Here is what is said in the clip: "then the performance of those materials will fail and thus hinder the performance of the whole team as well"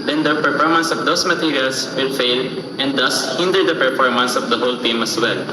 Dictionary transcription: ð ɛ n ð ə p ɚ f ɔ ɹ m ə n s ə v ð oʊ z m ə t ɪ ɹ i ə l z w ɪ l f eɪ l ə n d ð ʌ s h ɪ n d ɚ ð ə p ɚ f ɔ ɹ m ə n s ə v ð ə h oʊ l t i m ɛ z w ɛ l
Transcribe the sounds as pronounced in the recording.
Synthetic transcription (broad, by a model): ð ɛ n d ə p ɚ f ɔ ɹ m ə n s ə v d oʊ s m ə t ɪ ɹ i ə l s w ɪ l f eɪ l ə n d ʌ s h ɪ n d ɚ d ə p ɚ f ɔ ɹ m ə n s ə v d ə h oʊ l t i m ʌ s w ɛ l